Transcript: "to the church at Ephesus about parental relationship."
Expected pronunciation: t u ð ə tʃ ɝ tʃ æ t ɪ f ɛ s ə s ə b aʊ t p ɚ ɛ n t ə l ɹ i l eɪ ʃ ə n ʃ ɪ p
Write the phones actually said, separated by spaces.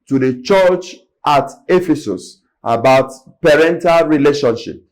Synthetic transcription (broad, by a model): t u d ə tʃ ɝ tʃ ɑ t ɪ f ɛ s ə s ə b aʊ t p ɚ ɛ n t ə l ɹ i l eɪ ʃ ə n ʃ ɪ p